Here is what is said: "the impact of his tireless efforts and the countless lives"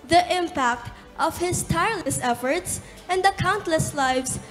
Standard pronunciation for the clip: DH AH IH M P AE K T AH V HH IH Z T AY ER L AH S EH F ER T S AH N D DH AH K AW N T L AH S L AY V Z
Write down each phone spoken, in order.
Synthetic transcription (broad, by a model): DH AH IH M P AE K T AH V HH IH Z T AY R L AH S EH F ER T S AH N D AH K AW N T L AH S L AY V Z